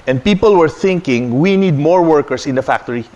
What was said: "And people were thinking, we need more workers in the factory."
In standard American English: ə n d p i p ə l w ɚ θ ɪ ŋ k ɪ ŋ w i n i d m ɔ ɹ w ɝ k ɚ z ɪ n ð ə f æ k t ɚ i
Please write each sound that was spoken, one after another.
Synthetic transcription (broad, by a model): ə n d p i p ə l w ɚ θ ɪ ŋ k ɪ ŋ w i n i d m ɔ ɹ w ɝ k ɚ s ɪ n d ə f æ k t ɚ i